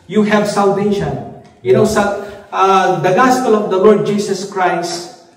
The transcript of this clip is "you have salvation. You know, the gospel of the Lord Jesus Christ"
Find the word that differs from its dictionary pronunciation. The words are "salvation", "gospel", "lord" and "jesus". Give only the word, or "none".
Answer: jesus